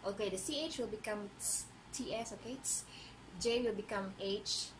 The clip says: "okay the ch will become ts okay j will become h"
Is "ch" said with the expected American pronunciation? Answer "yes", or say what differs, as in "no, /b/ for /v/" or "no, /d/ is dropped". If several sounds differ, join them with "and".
yes